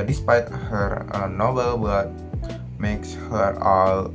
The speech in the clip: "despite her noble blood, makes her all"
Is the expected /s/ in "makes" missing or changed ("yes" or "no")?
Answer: no